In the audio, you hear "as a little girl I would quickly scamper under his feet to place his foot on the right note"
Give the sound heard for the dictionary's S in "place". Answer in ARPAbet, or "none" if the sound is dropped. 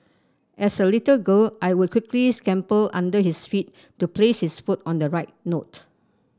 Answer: S